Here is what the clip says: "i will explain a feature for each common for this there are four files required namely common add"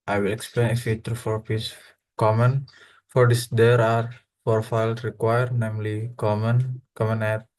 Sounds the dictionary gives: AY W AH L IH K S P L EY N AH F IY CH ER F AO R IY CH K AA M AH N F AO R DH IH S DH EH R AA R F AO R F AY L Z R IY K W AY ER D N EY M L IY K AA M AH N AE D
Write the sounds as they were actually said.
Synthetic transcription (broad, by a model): AY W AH L IH K S P L EY N AH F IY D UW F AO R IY S K AA M AH N F AO R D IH S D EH R AA R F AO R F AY L S R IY K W AY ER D N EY M L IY K AA M AH N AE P